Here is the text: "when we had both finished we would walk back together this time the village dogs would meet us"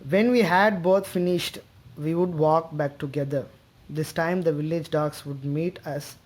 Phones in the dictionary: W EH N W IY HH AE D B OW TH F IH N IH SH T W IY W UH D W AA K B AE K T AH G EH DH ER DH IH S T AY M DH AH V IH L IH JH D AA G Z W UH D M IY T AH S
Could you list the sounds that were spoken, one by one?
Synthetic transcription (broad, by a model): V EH N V IY HH AE D B OW T F IH N IH SH T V IY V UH D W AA K B AE K T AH G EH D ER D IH S T AY M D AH V IH L IH JH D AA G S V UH D M IY T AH S